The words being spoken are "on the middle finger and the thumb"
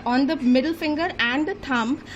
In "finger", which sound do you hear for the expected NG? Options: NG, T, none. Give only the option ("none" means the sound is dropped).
NG